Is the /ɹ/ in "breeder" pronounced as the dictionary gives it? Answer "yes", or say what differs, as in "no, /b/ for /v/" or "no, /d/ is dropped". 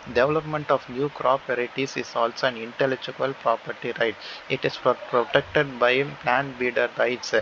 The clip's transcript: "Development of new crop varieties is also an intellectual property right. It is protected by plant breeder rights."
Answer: no, /ɹ/ is dropped